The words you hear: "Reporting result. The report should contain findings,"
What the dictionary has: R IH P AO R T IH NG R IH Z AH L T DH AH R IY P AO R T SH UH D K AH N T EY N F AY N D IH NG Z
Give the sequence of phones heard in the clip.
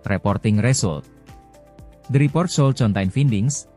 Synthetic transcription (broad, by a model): R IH P AO R T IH NG R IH S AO L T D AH R IY P AO R T S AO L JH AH N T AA N F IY N D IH NG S